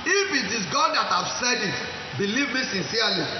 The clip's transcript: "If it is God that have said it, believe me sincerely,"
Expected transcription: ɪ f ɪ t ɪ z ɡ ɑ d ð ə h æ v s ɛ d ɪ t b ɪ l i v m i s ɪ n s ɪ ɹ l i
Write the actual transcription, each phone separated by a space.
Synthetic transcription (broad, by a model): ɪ f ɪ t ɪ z ɡ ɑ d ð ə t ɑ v s ɛ d ɪ t b ɪ l i v m i s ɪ n s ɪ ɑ l i